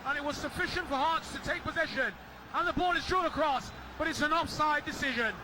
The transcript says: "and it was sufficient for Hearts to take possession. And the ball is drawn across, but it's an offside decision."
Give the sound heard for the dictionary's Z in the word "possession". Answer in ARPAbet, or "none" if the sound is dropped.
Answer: Z